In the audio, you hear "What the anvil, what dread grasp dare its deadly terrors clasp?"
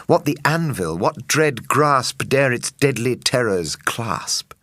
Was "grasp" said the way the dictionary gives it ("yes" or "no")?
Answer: yes